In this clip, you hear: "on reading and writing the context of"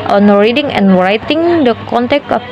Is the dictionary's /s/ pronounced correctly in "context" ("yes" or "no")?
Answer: no